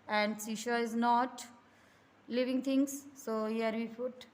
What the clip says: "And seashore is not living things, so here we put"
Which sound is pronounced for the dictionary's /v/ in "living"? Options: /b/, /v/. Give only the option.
/v/